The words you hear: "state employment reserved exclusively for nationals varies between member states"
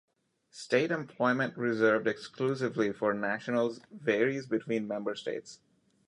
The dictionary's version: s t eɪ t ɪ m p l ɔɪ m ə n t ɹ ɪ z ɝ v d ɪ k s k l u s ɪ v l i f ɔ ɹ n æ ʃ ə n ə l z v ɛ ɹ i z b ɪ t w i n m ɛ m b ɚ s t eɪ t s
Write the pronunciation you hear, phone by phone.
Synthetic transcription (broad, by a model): s t eɪ t ɪ m p l ɔɪ m ə n t ɹ ɪ z ɝ v d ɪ k s k l u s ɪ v l i f ɔ ɹ n æ ʃ ə n ə l z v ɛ ɹ i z b ɪ t w i n m ɛ m b ɚ s t eɪ t s